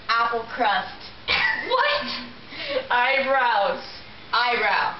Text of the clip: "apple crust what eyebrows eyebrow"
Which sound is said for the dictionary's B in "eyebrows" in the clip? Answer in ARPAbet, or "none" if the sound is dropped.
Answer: none